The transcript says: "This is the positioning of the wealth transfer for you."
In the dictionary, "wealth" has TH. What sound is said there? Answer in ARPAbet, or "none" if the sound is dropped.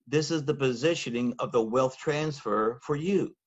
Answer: TH